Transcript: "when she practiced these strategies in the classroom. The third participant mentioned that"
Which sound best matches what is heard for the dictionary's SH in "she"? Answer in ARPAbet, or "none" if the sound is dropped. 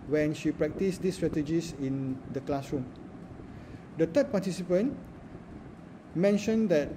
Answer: SH